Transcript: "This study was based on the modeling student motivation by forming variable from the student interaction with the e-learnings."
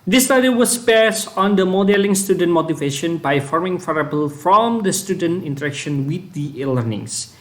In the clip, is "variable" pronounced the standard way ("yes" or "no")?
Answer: no